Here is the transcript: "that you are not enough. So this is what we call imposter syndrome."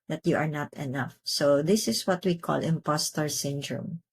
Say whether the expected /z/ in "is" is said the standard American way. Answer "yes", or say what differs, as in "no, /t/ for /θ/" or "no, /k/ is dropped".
no, /s/ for /z/